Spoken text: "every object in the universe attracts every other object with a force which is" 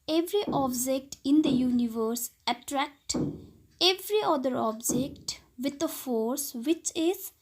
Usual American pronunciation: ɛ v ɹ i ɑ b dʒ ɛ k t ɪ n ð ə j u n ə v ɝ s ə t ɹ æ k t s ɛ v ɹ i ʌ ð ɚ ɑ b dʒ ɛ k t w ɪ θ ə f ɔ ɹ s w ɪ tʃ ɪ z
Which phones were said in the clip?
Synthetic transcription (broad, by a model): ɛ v ɹ i ɑ b dʒ ɛ k t ɪ n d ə j u n ə v ɝ s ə t ɹ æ k t ɛ v ɹ i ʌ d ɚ ɑ b dʒ ɛ k t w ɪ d ə f ɔ ɹ s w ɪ tʃ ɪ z